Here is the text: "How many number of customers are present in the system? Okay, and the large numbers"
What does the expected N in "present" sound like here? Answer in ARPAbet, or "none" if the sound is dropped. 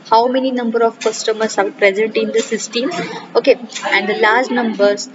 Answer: N